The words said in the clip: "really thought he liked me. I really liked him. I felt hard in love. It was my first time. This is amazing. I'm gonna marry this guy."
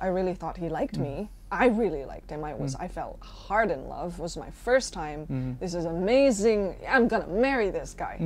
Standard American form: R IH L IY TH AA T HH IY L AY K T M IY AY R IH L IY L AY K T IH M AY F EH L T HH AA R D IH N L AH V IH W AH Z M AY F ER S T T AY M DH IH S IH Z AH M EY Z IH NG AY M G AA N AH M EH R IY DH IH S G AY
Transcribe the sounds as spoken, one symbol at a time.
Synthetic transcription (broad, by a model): R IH L IY TH AA T HH IY L AY K T M IY AY R IH L IY L AY K T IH M AY F EH L T HH AA R D IH N L AH V W AH Z M AY F ER S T T AY M DH IH S IH Z AH M EY Z IH NG AY M G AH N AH M EH R IY DH IH S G AY